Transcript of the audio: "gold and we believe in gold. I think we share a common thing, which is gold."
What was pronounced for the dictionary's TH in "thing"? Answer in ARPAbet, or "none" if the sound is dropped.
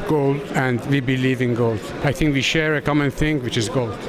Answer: TH